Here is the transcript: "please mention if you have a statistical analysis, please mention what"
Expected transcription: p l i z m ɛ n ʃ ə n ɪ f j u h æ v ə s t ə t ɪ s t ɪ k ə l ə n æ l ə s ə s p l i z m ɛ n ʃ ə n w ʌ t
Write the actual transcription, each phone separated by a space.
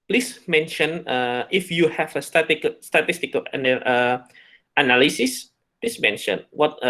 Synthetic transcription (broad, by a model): p l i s m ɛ n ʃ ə n ɪ f j u h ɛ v ə s t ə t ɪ s t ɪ k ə n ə n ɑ l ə s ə s p l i s m ɛ n ʃ ə n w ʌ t